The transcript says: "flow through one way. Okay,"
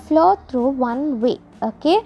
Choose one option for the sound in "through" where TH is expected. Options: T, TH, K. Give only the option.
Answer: T